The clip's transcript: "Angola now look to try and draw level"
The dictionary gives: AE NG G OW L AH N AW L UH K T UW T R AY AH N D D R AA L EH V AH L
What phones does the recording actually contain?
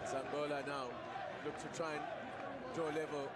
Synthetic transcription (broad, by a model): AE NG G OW L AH N AW L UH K T UW T R AY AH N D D AA L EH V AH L